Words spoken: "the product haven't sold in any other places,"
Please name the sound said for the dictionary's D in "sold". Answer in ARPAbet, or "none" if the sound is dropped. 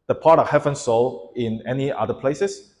none